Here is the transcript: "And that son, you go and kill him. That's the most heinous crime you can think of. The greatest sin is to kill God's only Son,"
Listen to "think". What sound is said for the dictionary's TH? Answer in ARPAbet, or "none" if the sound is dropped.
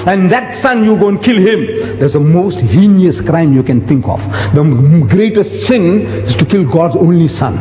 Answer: T